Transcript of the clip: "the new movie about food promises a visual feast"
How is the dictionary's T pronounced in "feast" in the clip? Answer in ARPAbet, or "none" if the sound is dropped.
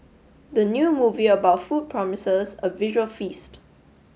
T